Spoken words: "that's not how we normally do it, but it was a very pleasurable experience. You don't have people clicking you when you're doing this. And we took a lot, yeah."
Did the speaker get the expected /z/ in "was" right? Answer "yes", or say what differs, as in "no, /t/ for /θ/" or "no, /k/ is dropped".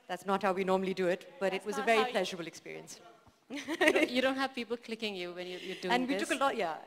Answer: yes